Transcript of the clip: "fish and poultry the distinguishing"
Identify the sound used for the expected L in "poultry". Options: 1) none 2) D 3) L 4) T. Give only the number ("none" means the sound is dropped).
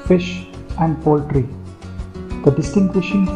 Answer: 3